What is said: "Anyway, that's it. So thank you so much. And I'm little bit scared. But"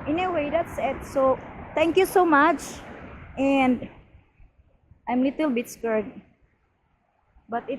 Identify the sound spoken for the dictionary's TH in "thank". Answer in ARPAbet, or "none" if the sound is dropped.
T